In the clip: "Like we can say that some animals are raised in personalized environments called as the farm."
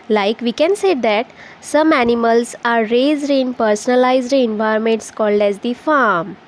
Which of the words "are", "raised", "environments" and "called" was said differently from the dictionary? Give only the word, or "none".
environments